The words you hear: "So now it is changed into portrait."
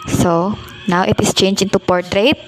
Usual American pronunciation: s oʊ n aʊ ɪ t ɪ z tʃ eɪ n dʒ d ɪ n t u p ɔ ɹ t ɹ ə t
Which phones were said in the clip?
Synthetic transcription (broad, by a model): s oʊ n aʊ ɪ t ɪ s tʃ eɪ n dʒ ɪ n t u p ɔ ɹ t ɹ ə t